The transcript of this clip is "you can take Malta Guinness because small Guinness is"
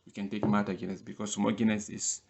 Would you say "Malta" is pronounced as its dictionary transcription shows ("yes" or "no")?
no